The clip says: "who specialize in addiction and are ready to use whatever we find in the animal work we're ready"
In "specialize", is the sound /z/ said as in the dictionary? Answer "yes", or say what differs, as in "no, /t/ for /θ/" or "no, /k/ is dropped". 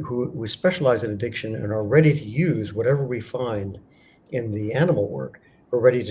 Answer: yes